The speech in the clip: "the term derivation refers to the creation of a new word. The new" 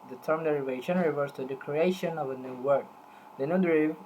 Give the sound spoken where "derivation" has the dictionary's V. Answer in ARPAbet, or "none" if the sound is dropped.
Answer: V